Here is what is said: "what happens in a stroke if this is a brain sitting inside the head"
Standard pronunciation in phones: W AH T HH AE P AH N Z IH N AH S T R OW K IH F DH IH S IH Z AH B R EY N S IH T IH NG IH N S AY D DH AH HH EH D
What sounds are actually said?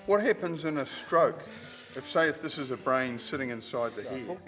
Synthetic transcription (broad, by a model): W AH T HH AE P AH N Z IH N AH S T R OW K IH F DH IH S IH Z AH B R EY N S IH T IH NG IH N S AY D DH AH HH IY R